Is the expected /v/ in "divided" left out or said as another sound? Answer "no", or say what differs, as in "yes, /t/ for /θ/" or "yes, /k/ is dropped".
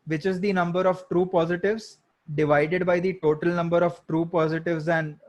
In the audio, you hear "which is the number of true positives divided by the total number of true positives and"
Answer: no